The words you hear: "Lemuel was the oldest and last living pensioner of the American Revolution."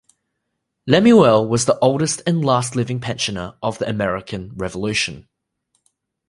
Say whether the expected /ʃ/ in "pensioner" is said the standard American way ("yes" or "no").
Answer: yes